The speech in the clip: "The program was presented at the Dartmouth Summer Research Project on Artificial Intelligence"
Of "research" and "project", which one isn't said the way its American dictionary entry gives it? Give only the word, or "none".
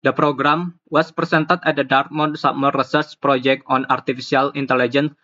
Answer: research